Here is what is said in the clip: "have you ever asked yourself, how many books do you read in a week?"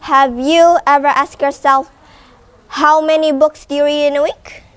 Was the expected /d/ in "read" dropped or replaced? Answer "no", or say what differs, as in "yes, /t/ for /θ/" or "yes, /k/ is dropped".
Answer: yes, /d/ is dropped